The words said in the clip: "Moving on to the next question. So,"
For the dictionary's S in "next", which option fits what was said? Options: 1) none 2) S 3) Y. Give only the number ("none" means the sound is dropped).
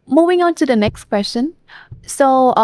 2